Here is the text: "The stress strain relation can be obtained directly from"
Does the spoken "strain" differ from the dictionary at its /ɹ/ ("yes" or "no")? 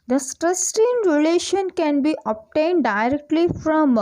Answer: yes